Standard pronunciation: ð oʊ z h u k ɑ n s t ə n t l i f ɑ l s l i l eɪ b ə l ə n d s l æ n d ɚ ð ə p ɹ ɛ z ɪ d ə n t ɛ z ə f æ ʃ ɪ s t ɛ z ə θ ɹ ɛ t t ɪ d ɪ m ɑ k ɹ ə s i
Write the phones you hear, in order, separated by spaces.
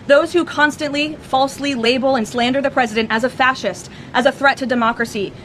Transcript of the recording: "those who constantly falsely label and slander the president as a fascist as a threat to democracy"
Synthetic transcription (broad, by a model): ð oʊ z h u k ɑ n s t ə n t l i f ɑ l s l i l eɪ b l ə n s l æ n d ɚ ð ə p ɹ ɛ z ɪ d ə n t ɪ z ə f æ ʃ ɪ s t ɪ z ə θ ɹ ɛ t t ɪ d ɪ m ɑ k ɹ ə s i